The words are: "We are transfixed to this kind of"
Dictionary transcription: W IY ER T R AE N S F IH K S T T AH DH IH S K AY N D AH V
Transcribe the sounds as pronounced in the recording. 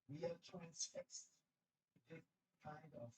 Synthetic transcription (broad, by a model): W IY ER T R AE N S F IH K S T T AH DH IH K AY N D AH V